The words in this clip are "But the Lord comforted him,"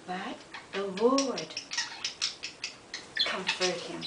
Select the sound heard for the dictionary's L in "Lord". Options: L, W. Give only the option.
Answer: W